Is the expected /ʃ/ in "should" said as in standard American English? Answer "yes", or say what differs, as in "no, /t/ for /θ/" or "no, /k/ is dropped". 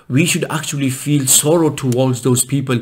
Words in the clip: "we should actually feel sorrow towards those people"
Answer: yes